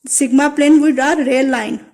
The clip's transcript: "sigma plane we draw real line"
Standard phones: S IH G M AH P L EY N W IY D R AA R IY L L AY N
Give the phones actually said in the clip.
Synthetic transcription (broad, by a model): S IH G M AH P L EY N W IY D AA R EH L L AY N